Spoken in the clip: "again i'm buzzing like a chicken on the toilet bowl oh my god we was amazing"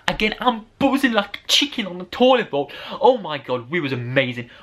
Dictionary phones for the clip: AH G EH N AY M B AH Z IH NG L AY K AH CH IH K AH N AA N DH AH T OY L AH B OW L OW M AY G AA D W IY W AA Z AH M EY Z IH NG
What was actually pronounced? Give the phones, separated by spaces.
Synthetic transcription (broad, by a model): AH G EH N AY M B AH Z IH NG L AY K CH IH K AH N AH N DH AH T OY L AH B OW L OW M AY G AA D W IY W AA Z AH M EY Z IH NG